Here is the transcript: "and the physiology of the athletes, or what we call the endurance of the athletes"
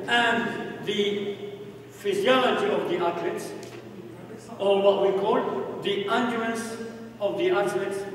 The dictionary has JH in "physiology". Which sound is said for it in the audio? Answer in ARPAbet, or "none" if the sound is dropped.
JH